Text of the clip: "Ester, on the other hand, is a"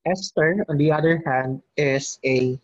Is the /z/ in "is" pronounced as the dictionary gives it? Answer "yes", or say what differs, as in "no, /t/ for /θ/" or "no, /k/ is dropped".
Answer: no, /s/ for /z/